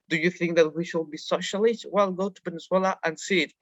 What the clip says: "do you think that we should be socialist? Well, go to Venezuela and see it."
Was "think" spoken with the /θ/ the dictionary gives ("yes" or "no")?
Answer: yes